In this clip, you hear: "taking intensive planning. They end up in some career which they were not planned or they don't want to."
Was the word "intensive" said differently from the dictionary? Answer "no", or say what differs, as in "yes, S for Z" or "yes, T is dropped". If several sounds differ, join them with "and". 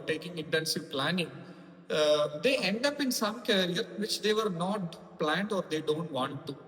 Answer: no